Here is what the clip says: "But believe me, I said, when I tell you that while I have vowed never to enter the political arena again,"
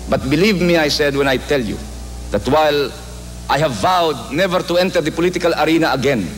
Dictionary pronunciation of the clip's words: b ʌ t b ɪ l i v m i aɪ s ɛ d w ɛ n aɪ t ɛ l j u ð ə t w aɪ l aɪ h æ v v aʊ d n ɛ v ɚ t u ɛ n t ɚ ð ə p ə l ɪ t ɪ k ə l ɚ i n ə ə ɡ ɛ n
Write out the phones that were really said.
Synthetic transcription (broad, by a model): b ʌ t b ɪ l i v m i aɪ s ɛ d w ɛ n aɪ t ɛ l j u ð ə t w aɪ l aɪ h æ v v aʊ d n ɛ v ɚ t u ɛ n t ɚ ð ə p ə l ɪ t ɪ k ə l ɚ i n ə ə ɡ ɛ n